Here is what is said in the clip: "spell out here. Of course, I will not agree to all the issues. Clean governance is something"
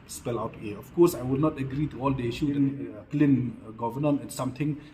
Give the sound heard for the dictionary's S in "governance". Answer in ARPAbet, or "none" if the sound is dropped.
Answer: none